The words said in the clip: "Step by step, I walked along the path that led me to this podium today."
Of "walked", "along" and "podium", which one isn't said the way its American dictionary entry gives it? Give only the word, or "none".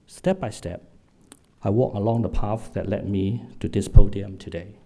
walked